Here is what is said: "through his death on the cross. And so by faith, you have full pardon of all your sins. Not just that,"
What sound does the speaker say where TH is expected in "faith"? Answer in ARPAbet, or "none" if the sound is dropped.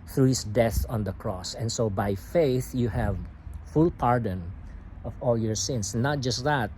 TH